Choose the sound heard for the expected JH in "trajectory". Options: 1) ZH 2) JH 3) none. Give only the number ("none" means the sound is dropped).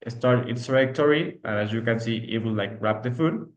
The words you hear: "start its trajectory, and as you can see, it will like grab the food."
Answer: 3